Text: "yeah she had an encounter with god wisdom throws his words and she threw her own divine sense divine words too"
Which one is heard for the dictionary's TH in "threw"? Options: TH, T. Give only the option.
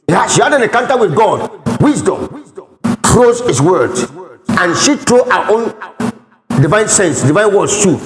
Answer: T